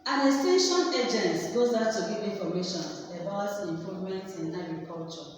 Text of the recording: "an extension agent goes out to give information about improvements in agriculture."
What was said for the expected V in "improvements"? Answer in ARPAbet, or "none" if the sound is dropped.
none